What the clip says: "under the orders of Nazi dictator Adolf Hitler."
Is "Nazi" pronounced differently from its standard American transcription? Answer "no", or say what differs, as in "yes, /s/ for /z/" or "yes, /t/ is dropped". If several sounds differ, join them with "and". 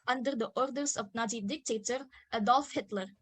yes, /s/ is dropped